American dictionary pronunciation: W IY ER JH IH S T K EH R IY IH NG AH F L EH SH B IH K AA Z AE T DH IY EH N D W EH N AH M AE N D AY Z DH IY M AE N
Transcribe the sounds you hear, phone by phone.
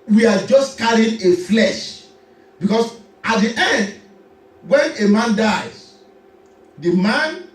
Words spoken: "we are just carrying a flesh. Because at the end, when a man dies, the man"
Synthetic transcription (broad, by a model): W IY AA JH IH S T K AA R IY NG AH F L EH SH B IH K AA S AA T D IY EH N D W EH N AH M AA N D AY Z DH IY M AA N